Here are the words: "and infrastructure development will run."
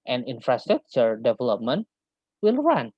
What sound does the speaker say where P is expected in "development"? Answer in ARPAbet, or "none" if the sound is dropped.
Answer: P